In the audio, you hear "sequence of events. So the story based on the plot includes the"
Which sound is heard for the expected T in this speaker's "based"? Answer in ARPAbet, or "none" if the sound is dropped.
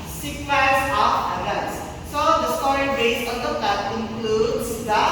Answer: none